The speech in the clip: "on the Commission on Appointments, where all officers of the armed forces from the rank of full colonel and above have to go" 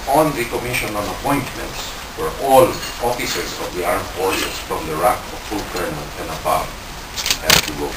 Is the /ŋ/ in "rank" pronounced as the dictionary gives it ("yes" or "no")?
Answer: no